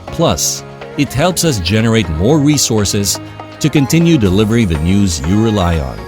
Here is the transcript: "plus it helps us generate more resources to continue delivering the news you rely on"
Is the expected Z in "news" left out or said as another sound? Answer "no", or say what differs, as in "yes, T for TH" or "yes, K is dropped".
no